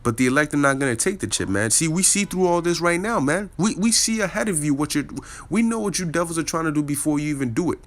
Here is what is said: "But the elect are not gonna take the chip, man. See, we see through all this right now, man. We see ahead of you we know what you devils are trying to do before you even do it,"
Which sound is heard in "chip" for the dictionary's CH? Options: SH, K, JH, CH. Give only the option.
CH